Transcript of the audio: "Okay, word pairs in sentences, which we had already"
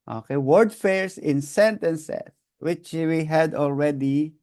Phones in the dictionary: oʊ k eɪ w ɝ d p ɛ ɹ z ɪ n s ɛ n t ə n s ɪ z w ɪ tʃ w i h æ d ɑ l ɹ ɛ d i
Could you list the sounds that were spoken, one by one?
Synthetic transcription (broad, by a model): oʊ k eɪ w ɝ d f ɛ ɹ s ɪ n s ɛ n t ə n s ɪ s w ɪ tʃ w i h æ d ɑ l ɹ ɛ d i